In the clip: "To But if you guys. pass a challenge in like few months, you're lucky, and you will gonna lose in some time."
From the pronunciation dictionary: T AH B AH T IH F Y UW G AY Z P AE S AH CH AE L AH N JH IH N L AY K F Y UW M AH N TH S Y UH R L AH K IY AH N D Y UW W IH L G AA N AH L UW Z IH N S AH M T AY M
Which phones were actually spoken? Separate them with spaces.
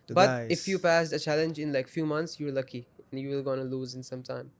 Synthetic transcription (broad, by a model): B AH T IH F Y UW P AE S AH CH AE L AH N JH IH N L AY K F Y UW M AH N T S Y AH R L AH K IY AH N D Y UW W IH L G AA N AH L UW Z IH N S AH M T AY M